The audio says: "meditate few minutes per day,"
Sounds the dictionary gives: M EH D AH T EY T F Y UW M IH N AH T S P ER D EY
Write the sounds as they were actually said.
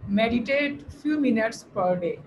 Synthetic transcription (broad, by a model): M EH D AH T EY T F Y UW M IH N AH T S P ER D EY